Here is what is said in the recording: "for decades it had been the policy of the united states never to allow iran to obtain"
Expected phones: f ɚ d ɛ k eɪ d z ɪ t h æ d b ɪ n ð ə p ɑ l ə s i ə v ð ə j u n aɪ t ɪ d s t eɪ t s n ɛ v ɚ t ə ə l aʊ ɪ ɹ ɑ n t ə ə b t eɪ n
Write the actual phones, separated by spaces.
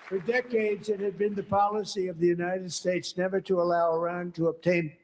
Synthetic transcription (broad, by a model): f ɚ d ɛ k eɪ d z ɪ t h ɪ d b ɪ n ð ə p ɑ l ə s i ə v ð ə j u n aɪ t ɪ d s t eɪ t s n ɛ v ɚ t ə ə l aʊ ɪ ɹ ɑ n t ə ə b t eɪ n